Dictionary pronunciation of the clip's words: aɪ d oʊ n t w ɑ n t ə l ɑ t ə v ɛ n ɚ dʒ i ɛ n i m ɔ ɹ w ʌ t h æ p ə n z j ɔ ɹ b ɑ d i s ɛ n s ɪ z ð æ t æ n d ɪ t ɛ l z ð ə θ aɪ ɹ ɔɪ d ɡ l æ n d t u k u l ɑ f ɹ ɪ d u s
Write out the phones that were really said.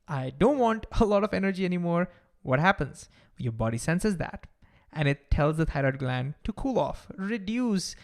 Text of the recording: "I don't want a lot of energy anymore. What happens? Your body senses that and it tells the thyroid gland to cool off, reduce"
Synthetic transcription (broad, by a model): aɪ d oʊ n t w ɑ n t ə l ɑ t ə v ɛ n ɚ dʒ i ɛ n i m ɔ ɹ w ʌ t h æ p ə n z j ɔ ɹ b ɑ d i s ɛ n s ɪ z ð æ t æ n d ɪ t ɛ l z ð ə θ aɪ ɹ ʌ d ɡ l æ n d t u k u l ɑ f ɹ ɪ d u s